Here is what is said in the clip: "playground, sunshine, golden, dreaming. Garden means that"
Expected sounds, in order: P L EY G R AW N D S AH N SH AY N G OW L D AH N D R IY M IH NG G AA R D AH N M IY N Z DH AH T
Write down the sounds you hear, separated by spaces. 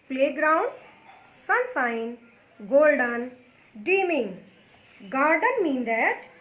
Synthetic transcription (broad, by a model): P L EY G R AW N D S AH N S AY N G OW L D AH N D IY M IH NG G AA R D AH N M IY N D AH T